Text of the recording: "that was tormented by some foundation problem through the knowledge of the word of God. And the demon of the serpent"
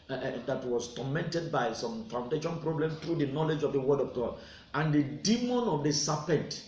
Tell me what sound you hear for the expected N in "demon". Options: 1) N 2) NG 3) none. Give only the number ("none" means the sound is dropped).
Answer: 1